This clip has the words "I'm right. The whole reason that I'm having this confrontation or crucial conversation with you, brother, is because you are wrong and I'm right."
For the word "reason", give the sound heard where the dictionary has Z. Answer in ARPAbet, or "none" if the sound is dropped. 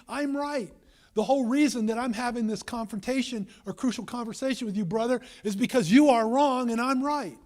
Z